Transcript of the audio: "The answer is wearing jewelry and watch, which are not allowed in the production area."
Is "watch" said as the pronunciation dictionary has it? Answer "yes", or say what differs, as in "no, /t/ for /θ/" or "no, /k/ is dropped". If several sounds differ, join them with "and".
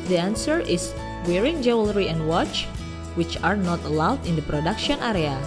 yes